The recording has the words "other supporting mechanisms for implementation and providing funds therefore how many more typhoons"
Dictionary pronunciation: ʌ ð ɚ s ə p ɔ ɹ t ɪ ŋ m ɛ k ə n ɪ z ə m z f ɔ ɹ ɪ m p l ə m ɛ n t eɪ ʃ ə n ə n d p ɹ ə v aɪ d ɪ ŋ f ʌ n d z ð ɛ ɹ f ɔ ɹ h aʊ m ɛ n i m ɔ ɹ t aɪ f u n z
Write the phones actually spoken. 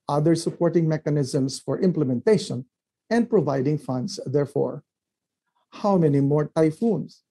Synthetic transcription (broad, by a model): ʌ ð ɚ s ə p ɔ ɹ t ɪ ŋ m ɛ k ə n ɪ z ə m s f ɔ ɹ ɪ m p l ə m ɛ n t eɪ ʃ ə n ə n d p ɹ ə v aɪ d ɪ ŋ f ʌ n d s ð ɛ ɹ f ɔ ɹ h aʊ m ɛ n i m ɔ ɹ t aɪ f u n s